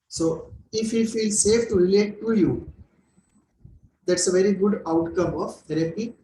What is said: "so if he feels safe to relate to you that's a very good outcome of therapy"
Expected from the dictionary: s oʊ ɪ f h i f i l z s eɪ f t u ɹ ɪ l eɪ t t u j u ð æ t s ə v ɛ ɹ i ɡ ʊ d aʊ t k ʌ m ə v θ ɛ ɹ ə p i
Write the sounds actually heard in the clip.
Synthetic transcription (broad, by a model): s oʊ ɪ f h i f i l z s eɪ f t u ɹ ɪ l eɪ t t u j u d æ t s ə v ɛ ɹ i ɡ ʊ d aʊ t k ʌ m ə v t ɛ ɹ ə p i